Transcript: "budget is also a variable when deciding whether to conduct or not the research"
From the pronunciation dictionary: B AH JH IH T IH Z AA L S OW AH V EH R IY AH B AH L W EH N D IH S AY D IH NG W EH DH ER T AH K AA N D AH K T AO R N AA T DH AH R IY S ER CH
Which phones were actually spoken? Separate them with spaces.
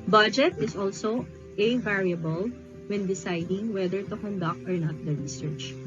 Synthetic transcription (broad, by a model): B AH JH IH T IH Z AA L S OW AH V EH R IY AH B AH L W EH N D IH S AY D IH NG W EH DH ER T AH K AA N D AH K T AO R N AA T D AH R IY S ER CH